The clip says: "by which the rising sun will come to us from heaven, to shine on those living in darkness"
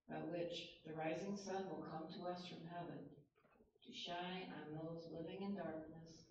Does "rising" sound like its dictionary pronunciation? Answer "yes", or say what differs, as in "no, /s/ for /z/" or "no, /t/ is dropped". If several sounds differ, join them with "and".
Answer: yes